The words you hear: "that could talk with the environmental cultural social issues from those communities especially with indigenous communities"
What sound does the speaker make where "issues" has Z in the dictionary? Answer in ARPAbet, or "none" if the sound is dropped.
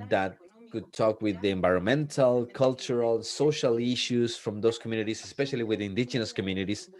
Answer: S